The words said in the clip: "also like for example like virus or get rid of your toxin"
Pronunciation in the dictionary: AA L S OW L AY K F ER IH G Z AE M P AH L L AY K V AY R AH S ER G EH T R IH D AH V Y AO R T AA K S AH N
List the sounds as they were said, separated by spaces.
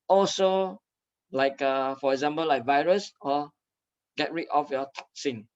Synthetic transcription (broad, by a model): AA L S OW L AY K F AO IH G Z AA M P AH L L AY K V AY R AH S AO G EH T R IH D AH F Y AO T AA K S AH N